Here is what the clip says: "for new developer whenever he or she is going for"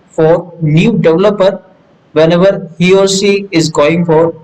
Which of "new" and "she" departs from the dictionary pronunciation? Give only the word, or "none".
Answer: she